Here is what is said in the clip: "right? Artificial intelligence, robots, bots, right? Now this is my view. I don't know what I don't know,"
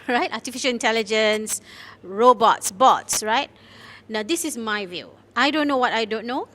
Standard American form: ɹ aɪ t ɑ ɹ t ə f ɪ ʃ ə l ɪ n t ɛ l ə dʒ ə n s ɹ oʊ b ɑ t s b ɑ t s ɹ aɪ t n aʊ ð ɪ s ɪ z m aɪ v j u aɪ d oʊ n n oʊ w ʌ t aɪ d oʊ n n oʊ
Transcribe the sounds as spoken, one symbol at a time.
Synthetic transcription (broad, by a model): ɹ aɪ t ɑ t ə f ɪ ʃ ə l ɪ n t ɛ l ə dʒ ə n s ɹ oʊ b ɑ t s b ɑ t s ɹ aɪ t n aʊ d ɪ s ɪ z m aɪ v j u aɪ d oʊ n n oʊ w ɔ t aɪ d oʊ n n oʊ